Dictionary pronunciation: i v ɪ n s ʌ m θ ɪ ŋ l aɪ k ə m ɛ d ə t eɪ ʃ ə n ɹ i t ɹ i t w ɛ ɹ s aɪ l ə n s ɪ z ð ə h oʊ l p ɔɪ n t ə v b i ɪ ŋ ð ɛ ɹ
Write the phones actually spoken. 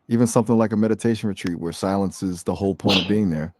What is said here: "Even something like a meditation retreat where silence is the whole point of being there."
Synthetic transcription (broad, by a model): i v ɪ n s ʌ m θ ɪ ŋ l aɪ k ə m ɛ d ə t eɪ ʃ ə n ɹ i t ɹ i t w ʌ ɹ s aɪ l ə n s ɪ z ð ə h oʊ l p ɔɪ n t ə v b i ɪ ŋ ð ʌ ɹ